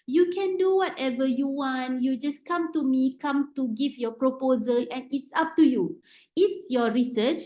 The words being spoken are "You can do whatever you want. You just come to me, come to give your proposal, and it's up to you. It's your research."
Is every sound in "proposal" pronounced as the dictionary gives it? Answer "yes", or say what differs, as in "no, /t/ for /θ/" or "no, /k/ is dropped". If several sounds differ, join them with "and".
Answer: yes